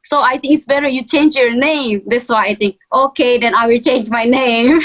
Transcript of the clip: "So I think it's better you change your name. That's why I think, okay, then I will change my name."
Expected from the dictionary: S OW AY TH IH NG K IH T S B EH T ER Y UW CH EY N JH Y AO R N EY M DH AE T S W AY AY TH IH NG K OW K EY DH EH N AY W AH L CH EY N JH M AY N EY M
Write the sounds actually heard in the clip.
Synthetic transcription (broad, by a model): S OW AY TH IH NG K IH T S B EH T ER Y UW CH EY N JH Y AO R N EY M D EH S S W AY AY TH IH NG K OW K EY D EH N AY W AH L CH EY N JH M AY N EY M